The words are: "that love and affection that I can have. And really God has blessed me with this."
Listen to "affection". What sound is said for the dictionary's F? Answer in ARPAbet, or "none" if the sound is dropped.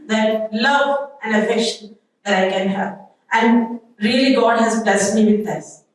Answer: F